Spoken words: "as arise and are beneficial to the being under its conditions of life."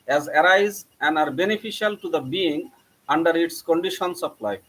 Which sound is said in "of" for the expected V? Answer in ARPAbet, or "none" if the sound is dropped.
P